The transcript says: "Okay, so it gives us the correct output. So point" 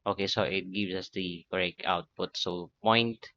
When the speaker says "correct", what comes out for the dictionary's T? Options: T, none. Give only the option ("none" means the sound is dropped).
none